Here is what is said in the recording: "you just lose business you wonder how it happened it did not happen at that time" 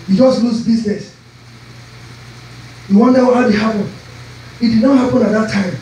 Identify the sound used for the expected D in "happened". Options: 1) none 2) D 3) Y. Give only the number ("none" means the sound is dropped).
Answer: 1